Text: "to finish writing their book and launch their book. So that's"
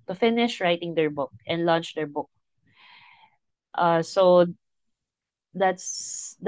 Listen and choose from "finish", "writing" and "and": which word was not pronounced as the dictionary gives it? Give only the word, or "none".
none